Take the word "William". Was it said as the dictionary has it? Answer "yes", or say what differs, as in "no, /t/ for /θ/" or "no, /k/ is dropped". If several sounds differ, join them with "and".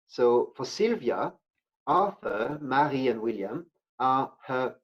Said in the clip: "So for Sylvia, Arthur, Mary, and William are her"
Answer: yes